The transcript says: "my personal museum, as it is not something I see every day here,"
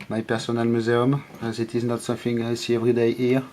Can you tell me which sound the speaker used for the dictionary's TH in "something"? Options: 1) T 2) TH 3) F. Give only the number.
3